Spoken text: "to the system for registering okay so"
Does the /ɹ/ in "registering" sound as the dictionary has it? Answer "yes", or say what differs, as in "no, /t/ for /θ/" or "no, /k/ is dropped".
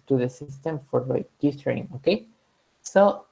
no, /l/ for /ɹ/